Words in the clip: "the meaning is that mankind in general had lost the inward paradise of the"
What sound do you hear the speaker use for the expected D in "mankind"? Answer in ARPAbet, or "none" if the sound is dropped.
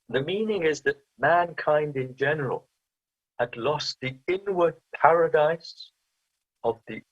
D